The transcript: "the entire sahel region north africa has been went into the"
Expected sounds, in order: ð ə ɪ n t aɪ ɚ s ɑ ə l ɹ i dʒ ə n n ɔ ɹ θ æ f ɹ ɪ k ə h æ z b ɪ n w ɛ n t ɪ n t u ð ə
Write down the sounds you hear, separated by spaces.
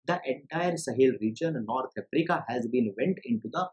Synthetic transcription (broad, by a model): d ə ɪ n t aɪ ɚ s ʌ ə l ɹ i dʒ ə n n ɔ ɹ t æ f ɹ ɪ k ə h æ z b ɪ n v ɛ n t ɪ n t u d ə